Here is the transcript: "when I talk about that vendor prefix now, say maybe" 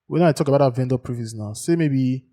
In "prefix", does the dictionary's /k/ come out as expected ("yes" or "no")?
no